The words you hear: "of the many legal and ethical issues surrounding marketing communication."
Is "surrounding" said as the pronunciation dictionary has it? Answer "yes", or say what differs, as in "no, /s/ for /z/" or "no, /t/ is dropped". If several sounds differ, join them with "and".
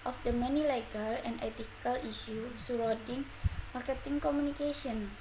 no, /n/ is dropped